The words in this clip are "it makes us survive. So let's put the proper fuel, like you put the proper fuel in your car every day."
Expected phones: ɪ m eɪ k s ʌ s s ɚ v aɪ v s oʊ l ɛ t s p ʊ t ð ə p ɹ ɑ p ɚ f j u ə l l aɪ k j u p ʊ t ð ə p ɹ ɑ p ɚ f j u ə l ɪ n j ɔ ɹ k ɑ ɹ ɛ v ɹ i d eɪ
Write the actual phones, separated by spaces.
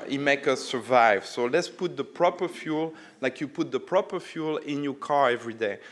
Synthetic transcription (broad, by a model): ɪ m eɪ k ʌ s s ɚ v aɪ v s oʊ l ɛ t s p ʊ t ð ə p ɹ ɑ p ɚ f j u l l aɪ k j u p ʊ t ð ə p ɹ ɑ p ɚ f j u l ɪ n j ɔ k ɑ ɹ ɛ v ɹ i d eɪ